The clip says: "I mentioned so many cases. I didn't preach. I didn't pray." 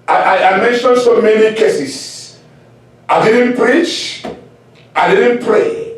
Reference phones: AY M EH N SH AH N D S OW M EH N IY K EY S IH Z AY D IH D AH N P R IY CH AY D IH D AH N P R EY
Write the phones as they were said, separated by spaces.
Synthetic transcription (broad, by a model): AY M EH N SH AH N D S OW M EH N IY K EY S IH S AY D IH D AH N P R IY CH AY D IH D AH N P R EY